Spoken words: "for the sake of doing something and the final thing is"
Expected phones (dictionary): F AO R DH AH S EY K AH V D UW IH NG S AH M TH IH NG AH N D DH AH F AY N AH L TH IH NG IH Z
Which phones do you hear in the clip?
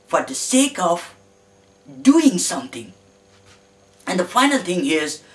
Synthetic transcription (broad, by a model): F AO R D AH S EY K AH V D UW IH NG S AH M T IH NG AH N D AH F AY N AH L T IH NG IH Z